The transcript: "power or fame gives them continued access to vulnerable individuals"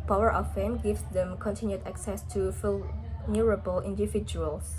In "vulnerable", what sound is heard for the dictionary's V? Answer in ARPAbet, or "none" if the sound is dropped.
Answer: F